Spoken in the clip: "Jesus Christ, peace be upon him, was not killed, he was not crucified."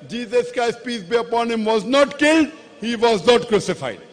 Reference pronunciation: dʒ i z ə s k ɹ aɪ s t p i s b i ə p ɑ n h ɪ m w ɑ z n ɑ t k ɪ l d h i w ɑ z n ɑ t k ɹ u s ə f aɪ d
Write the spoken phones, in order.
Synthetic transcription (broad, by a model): dʒ i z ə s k aɪ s p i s b i ə p ɑ n h ɪ m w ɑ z n ɑ t k ɪ l d h i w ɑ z n ɑ t k ɹ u s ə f aɪ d